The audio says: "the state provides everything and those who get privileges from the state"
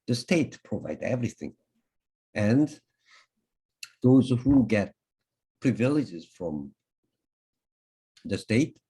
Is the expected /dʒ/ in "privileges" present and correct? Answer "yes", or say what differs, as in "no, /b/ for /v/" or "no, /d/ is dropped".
yes